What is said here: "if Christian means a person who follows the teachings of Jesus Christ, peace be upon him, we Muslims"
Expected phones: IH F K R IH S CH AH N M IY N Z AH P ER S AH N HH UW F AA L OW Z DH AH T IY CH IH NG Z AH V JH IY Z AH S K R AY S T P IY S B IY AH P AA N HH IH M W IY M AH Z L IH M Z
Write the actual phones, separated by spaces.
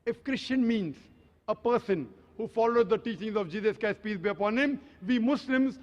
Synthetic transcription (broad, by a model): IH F K R IH S CH AH N M IY N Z AH P ER S AH N HH UW F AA L OW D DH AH T IY CH IH NG Z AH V JH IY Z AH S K AY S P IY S B IY AH P AA N HH IH M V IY M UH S L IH M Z